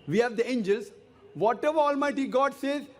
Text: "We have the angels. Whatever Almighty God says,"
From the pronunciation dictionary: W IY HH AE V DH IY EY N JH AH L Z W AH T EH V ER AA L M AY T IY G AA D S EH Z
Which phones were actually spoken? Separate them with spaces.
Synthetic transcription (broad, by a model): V IY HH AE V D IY EY N JH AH L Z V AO T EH V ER AA L M AY T IY G AA D S EH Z